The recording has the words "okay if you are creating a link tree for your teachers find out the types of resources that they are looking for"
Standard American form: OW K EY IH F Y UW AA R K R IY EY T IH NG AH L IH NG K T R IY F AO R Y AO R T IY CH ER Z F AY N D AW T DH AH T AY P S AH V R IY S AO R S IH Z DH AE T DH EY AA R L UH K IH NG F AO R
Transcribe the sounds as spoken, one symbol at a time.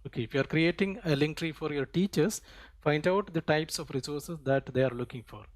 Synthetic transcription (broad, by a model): OW K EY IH F Y UW AA R K R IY EY T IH NG AH L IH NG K T R IY F AO R Y AO R T IY CH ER S F AY N D AW T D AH T AY P S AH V R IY S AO R S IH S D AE T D EY AA R L UH K IH NG F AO R